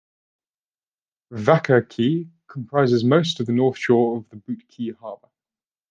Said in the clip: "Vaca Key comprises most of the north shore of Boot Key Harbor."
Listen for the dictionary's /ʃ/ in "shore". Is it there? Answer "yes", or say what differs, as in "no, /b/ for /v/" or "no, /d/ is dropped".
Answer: yes